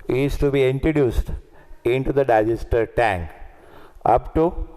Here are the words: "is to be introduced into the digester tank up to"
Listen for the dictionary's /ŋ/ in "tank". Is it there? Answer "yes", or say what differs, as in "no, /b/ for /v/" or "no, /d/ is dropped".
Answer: yes